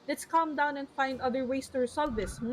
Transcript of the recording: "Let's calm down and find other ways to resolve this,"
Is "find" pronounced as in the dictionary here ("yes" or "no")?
yes